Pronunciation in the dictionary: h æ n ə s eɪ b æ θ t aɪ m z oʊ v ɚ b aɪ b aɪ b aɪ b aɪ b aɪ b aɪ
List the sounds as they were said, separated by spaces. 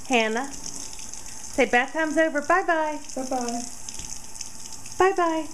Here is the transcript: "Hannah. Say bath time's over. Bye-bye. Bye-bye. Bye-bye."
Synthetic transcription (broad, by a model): h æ n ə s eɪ b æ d t aɪ m z oʊ v ɚ b aɪ b aɪ b aɪ b aɪ b aɪ b aɪ